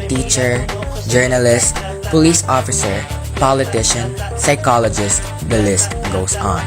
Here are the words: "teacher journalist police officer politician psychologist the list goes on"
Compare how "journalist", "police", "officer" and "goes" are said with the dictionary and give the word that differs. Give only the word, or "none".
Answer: goes